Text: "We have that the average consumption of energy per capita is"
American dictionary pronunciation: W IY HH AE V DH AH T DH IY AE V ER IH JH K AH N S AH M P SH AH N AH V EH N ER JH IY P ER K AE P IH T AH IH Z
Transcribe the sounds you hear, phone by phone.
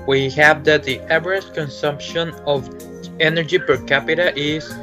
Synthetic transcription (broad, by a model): W IY HH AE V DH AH T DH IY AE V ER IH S K AH N S AH M P SH AH N AH V EH N ER JH IY P ER K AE P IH T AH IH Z